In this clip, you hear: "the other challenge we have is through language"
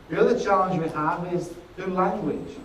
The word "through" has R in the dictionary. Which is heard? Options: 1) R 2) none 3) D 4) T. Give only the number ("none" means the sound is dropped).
2